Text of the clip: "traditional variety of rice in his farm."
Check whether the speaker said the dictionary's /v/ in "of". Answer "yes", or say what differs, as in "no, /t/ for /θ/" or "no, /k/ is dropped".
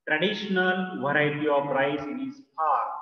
no, /p/ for /v/